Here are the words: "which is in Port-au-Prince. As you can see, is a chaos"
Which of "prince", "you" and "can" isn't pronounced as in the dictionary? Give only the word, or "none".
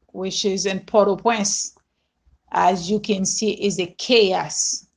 prince